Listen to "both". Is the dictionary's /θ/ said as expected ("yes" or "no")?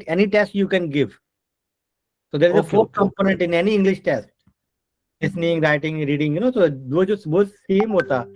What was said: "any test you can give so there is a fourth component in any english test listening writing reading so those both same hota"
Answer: no